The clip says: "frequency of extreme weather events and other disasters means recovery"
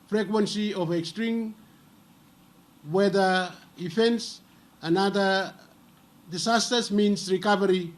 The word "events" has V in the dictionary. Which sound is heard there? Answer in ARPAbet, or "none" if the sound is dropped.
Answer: F